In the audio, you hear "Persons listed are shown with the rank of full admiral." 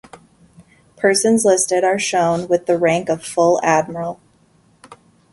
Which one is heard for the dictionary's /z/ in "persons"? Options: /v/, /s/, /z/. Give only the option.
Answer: /z/